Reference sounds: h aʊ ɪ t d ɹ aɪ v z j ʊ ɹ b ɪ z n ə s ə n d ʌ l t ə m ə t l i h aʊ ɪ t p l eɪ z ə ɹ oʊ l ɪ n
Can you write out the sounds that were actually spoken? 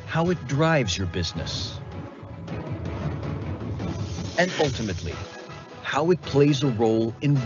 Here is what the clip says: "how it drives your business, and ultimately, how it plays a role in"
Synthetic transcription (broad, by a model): h aʊ ɪ t d ɹ aɪ v z j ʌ ɹ b ɪ z n ə s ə n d ʌ l t ə m ə t l i h aʊ ɪ t p l eɪ z ə ɹ oʊ l ɪ n